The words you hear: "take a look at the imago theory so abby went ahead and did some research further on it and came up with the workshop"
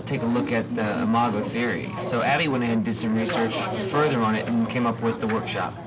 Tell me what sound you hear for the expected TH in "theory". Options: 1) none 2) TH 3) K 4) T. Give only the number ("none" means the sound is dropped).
2